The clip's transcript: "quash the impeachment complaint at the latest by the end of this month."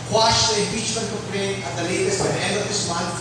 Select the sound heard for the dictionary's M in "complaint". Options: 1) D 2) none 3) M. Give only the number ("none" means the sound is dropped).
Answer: 2